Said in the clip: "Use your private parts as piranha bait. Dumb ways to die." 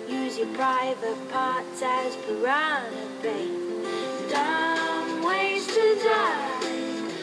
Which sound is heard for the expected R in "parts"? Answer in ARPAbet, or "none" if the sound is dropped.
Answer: R